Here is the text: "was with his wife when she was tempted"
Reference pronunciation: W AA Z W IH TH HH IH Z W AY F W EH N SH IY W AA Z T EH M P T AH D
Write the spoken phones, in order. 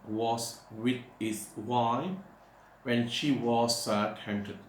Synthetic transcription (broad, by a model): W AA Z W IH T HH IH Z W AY W EH N SH IY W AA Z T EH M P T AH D